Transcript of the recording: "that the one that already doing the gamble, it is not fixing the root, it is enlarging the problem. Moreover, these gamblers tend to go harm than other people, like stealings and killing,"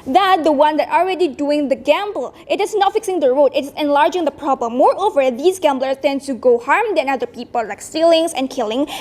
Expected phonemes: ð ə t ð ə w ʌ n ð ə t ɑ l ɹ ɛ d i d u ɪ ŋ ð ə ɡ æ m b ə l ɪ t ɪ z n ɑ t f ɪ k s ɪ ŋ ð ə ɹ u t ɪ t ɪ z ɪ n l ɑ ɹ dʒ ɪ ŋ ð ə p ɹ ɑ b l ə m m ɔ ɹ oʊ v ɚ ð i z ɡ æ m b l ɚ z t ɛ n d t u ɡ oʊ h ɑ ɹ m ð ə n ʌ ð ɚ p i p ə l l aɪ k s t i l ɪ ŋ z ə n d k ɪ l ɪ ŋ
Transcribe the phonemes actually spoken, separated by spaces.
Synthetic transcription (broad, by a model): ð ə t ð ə w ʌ n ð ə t ɑ l ɹ ɛ d i d u ɪ ŋ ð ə ɡ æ m b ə l ɪ t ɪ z n ɑ t f ɪ k s ɪ ŋ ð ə ɹ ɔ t ɪ t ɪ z ɪ n l ɑ ɹ dʒ ɪ ŋ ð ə p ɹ ɑ b l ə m m ɔ ɹ oʊ v ɚ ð i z ɡ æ m b l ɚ s t ɛ n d t u ɡ oʊ h ɑ ɹ m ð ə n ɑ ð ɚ p i p ə l l aɪ k s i l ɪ ŋ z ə n k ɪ l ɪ ŋ